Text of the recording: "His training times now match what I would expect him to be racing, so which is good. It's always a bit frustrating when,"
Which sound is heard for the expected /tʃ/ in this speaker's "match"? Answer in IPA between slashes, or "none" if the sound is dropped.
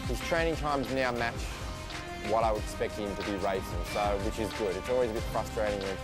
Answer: /tʃ/